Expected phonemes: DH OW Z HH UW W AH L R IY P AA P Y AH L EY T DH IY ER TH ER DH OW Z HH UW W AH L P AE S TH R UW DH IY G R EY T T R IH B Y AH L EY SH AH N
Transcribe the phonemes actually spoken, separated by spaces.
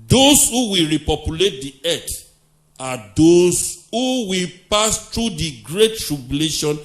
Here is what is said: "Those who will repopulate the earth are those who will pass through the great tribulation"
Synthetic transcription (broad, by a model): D OW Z HH UW W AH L R IY P AA P Y AH L EY T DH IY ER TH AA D OW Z HH UW W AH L P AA S T R UW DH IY G R EY T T R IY B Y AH L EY SH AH N